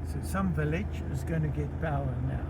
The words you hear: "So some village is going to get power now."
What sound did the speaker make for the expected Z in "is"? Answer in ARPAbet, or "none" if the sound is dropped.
Z